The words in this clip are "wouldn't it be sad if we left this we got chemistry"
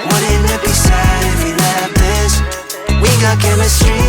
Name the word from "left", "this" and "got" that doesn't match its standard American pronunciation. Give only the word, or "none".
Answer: left